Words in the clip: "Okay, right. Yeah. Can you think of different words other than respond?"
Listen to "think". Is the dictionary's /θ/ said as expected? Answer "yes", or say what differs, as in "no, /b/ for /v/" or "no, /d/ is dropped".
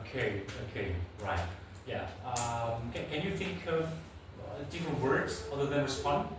yes